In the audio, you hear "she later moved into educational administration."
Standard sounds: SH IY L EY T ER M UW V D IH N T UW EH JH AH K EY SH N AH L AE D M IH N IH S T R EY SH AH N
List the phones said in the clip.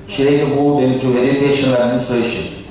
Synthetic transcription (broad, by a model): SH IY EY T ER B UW D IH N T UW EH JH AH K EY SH AH N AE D M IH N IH S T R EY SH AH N